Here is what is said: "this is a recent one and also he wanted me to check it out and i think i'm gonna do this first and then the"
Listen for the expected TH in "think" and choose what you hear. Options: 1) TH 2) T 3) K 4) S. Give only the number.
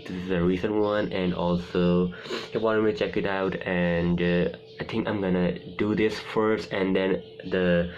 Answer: 2